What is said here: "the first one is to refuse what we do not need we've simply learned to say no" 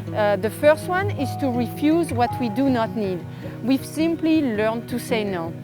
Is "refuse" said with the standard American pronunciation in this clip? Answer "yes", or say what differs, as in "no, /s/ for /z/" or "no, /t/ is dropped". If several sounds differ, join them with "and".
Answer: yes